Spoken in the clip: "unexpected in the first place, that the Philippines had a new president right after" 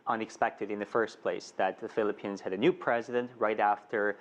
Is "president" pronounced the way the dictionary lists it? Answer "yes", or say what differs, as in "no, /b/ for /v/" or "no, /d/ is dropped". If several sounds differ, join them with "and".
yes